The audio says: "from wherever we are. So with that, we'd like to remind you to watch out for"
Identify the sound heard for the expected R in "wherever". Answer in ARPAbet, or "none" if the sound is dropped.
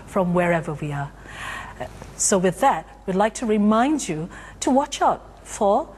R